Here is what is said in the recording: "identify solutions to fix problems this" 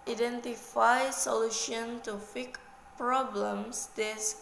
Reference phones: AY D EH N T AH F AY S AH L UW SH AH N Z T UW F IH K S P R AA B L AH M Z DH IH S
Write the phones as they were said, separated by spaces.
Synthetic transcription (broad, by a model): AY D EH N T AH F AY S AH L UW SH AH N T UW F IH K P R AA B L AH M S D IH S